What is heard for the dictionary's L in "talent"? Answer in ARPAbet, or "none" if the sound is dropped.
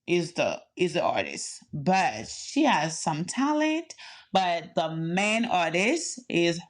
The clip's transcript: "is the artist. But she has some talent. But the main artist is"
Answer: L